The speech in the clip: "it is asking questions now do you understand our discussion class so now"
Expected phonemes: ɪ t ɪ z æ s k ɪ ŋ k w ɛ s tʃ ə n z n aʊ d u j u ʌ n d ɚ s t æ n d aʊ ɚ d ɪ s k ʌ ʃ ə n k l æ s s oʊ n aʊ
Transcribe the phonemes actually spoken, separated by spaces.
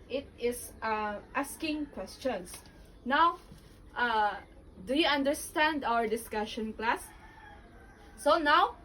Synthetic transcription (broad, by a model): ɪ t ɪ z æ s k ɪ ŋ k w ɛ s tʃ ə n s n aʊ d u j u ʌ n d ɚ s t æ n d aʊ ɚ d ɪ s k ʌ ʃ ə n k l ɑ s s oʊ n aʊ